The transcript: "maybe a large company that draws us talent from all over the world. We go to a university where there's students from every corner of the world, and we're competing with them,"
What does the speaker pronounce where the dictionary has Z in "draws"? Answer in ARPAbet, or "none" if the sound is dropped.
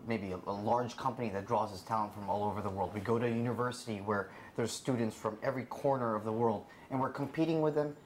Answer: Z